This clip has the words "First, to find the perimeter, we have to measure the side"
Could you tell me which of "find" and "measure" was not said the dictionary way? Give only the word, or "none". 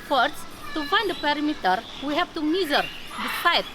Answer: measure